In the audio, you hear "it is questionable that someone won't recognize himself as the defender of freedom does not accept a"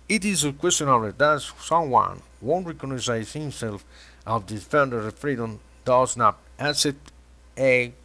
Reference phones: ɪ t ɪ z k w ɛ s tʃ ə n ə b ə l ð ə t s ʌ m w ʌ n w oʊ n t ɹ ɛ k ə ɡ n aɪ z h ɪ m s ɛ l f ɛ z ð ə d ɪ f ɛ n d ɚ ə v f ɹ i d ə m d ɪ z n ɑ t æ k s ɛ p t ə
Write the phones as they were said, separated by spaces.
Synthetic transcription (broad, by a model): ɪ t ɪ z k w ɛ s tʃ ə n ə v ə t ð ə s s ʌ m w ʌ n w oʊ n t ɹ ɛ k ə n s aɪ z h ɪ m s ɛ l f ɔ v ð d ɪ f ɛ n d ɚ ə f ɹ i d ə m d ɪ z n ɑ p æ s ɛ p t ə